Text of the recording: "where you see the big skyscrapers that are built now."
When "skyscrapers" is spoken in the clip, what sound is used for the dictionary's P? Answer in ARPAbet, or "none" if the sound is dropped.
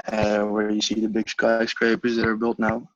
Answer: P